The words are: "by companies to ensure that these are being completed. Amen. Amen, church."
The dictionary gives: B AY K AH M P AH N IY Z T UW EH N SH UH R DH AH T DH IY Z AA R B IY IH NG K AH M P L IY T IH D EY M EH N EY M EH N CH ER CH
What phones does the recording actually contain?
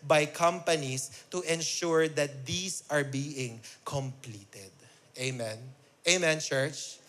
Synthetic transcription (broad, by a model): B AY K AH M P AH N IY S T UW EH N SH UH R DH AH T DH IY S AA R B IY IH NG K AH M P L IY T IH D EY M EH N EY M EH N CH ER CH